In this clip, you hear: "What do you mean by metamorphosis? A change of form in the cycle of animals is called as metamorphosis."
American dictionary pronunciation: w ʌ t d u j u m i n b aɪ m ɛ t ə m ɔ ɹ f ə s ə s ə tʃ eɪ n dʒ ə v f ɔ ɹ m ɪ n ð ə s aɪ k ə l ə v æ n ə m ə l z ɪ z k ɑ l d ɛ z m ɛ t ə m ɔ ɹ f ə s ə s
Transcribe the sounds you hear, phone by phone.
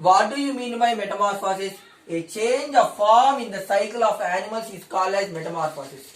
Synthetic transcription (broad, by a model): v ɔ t d u j u m i n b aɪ m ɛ t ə m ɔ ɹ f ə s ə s ə tʃ eɪ n dʒ ə v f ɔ ɹ m ɪ n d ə s aɪ k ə l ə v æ n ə m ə l s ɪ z k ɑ l ɛ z m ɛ t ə m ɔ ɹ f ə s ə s